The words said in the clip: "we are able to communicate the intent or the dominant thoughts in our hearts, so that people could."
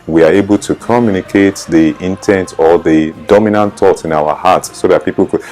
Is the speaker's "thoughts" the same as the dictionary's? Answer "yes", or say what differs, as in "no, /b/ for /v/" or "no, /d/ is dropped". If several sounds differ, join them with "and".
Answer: no, /s/ is dropped